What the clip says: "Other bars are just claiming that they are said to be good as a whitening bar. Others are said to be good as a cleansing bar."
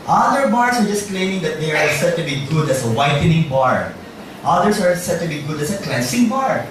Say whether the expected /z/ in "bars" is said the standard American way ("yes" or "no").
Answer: no